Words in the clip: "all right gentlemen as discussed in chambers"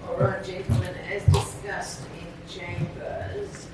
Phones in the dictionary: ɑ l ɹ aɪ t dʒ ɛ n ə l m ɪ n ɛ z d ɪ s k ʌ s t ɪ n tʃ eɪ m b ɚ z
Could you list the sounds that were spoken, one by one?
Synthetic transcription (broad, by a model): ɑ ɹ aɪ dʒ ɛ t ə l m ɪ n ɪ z d ɪ s k ʌ s t ɪ n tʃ eɪ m b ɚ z